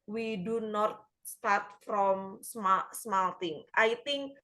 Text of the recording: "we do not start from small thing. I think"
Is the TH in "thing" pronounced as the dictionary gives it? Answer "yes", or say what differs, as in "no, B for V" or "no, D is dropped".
no, T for TH